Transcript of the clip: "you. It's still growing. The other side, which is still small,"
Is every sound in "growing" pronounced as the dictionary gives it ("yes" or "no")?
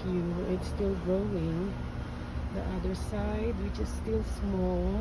yes